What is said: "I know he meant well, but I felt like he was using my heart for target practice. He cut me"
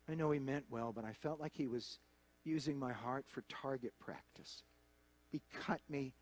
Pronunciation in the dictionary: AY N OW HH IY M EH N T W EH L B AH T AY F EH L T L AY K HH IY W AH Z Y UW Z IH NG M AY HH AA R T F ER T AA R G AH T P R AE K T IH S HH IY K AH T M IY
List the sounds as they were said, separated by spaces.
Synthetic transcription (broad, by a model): AY N OW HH IY M EH N T W EH L B AH T AY F EH L T L AY K HH IY W AH Z Y UW Z IH NG M AY HH AA R T F ER T AA R G AH T P R AE K T IH S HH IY K AH T M IY